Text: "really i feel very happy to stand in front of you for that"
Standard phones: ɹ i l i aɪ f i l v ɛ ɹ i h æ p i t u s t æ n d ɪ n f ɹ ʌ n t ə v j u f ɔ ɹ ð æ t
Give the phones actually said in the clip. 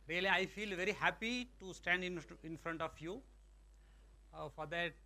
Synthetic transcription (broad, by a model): ɹ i l i aɪ f i l v ɛ ɹ i h æ p i t u s t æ n d ɪ n f ɹ ʌ n t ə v j u f ɔ ɹ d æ t